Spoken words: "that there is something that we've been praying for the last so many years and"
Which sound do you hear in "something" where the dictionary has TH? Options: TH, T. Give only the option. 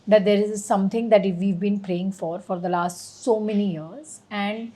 T